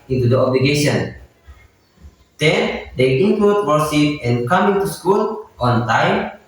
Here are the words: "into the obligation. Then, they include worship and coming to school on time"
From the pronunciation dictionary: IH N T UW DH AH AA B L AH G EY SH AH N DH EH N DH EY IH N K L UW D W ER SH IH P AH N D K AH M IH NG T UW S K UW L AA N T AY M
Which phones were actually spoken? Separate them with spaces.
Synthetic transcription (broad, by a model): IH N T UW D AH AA B L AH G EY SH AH N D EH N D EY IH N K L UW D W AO S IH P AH N K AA M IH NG T UW S K UW L AA N T AY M